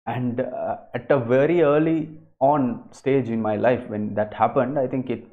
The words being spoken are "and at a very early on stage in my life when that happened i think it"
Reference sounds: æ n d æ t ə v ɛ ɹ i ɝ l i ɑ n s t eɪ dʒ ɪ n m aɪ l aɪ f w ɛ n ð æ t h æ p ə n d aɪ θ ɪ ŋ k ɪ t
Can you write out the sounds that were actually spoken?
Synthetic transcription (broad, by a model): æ n d æ t ə v ɛ ɹ i ɝ l i ɑ n s t eɪ dʒ ɪ n m aɪ l aɪ f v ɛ n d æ t h æ p ə n d aɪ t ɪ ŋ k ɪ t